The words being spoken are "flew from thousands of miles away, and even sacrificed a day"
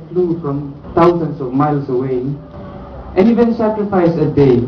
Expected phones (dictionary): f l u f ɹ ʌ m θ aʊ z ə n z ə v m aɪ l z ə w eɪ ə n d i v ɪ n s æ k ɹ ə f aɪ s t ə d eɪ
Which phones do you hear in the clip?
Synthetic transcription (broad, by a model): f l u f ɹ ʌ m t aʊ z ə n s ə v m aɪ l s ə w eɪ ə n i v ɪ n s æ k ɹ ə f aɪ s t ə d eɪ